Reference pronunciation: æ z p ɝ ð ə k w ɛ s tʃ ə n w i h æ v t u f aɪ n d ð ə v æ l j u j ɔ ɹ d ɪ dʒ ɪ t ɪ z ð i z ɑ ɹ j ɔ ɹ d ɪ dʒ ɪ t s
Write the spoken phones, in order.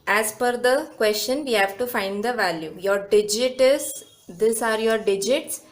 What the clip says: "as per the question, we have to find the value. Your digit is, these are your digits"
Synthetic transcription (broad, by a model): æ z f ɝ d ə k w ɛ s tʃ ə n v i h æ v t u f aɪ n d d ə v æ l j u j ɔ ɹ d ɪ dʒ ɪ t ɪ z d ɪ s ɑ ɹ j ɔ ɹ d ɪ dʒ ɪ t s